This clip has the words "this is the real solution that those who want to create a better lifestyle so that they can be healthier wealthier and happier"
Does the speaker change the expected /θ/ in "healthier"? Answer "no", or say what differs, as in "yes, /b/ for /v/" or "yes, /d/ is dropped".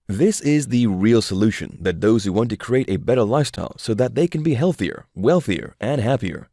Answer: no